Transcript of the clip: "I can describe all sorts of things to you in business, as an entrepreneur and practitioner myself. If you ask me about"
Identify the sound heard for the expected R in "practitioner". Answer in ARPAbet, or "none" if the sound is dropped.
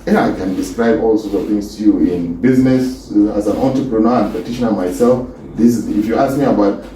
none